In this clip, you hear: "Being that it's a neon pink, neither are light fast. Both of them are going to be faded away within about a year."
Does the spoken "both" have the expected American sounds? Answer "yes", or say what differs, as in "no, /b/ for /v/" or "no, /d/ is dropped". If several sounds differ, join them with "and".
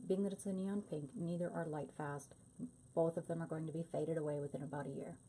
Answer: yes